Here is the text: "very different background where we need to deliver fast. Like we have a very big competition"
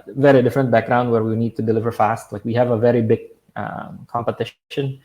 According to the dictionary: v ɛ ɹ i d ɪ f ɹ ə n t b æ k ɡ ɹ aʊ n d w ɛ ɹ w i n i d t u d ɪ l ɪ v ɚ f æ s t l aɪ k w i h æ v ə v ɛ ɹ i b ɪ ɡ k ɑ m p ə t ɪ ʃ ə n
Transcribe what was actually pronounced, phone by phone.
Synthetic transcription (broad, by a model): v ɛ ɹ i d ɪ f ɹ ə n t b æ k ɡ ɹ aʊ n d w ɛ ɹ w i n i d t u d ɪ l ɪ v ɚ f æ s t l aɪ k w i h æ v ə v ɛ ɹ i b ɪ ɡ k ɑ m p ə t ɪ ʃ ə n